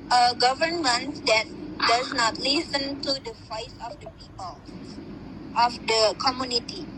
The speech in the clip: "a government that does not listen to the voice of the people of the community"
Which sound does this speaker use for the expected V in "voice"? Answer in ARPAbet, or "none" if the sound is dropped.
F